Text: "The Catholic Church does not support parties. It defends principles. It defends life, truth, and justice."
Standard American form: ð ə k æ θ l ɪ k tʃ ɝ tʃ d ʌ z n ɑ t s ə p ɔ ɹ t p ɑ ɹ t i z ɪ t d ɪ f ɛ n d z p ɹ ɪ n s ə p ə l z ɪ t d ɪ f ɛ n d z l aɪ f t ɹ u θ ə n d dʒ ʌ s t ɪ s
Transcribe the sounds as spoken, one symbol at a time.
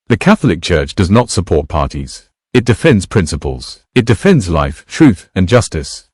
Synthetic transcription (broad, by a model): ð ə k æ θ l ɪ k tʃ ɝ tʃ d ʌ z n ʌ t s ə p ɔ ɹ t p ɑ ɹ t i z ɪ t d ɪ f ɛ n d z p ɹ ɪ n s ə p ə l z ɪ t d ɪ f ɛ n d z l aɪ f t ɹ u θ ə n dʒ ʌ s t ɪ s